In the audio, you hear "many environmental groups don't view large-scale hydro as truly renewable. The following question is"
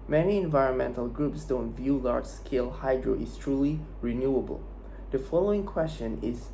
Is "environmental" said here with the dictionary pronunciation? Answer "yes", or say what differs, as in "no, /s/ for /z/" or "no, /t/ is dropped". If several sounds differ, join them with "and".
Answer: yes